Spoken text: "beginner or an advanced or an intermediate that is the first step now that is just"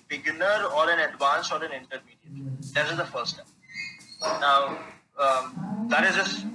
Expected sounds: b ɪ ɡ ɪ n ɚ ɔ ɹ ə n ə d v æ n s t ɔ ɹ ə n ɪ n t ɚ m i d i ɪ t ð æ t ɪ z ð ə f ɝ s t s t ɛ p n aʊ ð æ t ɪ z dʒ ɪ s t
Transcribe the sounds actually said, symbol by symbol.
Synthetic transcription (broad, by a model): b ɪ ɡ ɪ n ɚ ɔ ɹ ə n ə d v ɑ n s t ɔ ɹ ə n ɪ n t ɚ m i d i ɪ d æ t ɪ z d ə f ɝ t s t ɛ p n aʊ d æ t ɪ z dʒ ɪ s